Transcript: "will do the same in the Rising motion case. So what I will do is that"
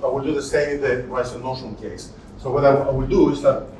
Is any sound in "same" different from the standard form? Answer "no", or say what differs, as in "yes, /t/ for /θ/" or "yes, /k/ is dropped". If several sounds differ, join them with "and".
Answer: yes, /m/ is dropped